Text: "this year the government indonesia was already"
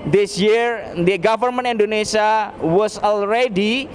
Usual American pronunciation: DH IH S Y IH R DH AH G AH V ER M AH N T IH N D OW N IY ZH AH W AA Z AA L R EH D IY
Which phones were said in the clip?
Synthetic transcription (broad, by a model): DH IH S Y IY R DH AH G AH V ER M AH N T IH N D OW N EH S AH W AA S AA L R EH D IY